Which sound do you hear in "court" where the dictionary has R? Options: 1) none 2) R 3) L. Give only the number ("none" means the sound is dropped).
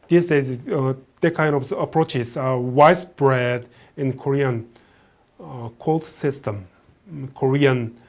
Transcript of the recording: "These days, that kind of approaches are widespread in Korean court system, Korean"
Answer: 3